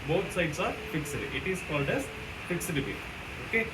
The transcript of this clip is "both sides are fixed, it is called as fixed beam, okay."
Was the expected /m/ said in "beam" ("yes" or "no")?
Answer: no